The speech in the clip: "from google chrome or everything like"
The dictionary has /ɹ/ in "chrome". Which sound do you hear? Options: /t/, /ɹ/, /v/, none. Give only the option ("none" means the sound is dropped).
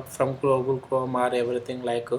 none